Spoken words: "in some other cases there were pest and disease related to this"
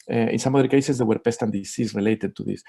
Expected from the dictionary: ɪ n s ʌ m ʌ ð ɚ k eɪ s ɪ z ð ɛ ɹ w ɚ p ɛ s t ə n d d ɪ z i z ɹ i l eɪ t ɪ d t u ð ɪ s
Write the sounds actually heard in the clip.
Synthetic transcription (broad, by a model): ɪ n s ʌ m ʌ ð ɚ k eɪ s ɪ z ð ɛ w ɚ p ɛ s t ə n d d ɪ s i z ɹ i l eɪ t ɪ d t u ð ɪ s